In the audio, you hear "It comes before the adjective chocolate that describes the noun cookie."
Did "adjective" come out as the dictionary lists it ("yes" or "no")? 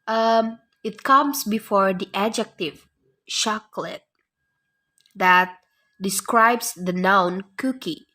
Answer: yes